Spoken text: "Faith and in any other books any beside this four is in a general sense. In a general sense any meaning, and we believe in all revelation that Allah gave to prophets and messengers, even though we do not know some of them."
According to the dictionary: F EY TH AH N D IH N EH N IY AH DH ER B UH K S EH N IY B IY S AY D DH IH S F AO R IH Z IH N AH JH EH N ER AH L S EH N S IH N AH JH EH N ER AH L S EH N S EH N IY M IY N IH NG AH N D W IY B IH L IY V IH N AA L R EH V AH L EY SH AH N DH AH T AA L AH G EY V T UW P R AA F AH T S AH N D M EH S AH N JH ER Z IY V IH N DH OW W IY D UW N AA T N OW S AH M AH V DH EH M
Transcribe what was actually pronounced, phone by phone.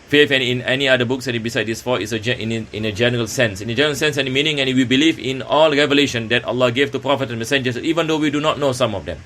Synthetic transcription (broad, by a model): F EY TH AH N IH N EH N IY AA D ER B UH K S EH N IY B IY S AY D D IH S F AO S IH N IH N AH JH EH N ER AH L S EH N S IH N AH JH EH N ER AH L S EH N S EH N IY M IY N IH NG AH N W IY B IH L IY V IH N AA L R EH V AH L EY SH AH N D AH T AA L AH G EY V T UW P R AA F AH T AH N M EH S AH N JH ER S IY V IH N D OW W IY D UW N AA T N OW S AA M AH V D EH M